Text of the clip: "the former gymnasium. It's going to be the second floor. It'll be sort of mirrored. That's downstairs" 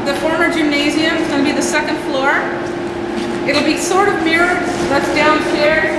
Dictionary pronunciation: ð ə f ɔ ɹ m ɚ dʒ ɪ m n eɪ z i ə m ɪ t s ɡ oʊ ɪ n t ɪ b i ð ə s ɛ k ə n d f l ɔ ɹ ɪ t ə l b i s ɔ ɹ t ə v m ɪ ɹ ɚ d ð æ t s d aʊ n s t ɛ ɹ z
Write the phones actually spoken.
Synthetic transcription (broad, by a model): ð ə f ɔ ɹ m ɚ dʒ ɪ m n eɪ z i ə m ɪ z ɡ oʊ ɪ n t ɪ b i ð ə s ɛ k ə n d f l ɔ ɹ ɪ t l b i s ɔ ɹ t ə v m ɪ ɹ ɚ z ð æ t s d aʊ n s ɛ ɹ